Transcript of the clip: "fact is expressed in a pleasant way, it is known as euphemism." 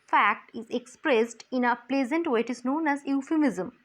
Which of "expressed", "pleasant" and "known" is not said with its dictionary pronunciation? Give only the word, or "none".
none